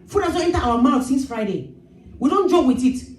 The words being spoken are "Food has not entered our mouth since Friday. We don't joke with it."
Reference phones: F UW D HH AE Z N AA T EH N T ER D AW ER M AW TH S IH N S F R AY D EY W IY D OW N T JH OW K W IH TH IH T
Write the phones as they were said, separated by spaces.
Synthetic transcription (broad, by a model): F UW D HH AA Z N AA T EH N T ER AW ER M AW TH S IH N S F R AY D EY W IY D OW N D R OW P W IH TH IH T